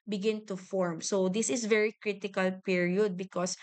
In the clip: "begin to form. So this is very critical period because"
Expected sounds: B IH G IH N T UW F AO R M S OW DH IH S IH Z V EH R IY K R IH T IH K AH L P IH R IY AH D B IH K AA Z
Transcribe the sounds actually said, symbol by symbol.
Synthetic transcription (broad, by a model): B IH G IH N T UW F AO R M S OW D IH S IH S V EH R IY K R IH T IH K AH L P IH R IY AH D B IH K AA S